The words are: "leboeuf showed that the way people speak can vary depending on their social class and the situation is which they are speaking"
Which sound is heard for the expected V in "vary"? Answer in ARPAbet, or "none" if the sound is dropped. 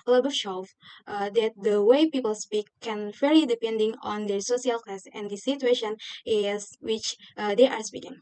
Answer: F